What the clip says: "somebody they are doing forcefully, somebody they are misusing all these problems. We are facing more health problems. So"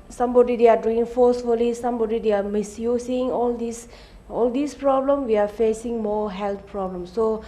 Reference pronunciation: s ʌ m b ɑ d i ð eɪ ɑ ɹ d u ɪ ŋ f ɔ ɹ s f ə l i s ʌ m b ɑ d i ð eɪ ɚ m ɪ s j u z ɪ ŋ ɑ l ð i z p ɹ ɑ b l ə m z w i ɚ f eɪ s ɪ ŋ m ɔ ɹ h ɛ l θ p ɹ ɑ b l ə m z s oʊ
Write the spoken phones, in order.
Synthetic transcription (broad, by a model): s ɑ m b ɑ d i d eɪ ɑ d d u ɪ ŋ f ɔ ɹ s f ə l i s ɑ m b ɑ d i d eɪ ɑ m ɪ s j u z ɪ ŋ ɑ l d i s p ɹ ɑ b l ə m w i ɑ f eɪ s ɪ ŋ m ɔ h ɛ l t p ɹ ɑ b l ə m s oʊ